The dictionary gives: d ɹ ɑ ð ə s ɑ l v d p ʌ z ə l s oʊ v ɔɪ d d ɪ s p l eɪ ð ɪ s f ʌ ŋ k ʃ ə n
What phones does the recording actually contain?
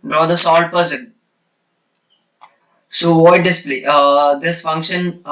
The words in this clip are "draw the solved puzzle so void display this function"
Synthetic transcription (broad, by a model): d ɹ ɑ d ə s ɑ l d p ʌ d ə n s oʊ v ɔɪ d d ɪ s p l eɪ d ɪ s f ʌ ŋ k ʃ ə n